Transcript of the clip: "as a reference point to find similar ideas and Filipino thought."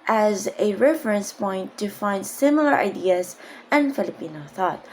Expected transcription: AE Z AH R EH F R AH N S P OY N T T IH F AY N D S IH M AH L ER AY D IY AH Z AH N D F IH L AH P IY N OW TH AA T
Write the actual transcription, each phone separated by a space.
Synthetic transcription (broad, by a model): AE Z AH R EH F R AH N S P OY N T T IH F AY N D S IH M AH L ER AY D IY AH Z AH N F IH L AH P IY N OW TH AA T